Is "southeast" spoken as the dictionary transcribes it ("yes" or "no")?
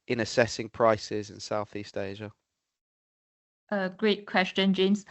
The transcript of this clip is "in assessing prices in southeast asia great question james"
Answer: yes